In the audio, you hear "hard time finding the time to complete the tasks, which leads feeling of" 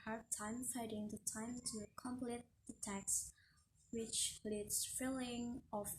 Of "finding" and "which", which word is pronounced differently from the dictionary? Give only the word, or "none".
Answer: finding